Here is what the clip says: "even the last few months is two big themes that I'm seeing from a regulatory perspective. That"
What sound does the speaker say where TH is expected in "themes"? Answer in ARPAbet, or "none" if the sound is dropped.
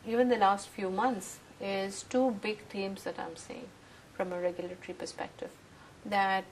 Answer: T